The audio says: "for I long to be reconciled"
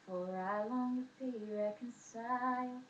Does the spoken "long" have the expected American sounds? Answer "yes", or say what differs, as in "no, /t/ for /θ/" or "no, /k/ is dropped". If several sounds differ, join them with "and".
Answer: no, /w/ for /l/